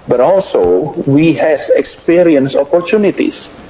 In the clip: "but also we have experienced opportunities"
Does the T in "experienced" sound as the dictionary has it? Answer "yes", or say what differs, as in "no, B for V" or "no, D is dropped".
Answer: no, T is dropped